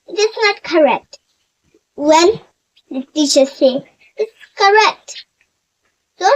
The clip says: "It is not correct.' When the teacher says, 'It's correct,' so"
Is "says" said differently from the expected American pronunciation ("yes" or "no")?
yes